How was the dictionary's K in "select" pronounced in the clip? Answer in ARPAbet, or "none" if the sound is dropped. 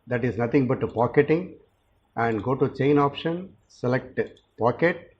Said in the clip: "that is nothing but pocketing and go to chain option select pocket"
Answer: K